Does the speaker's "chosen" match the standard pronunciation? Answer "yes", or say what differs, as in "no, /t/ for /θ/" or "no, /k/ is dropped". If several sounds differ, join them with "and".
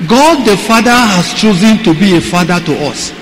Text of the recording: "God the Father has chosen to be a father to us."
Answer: yes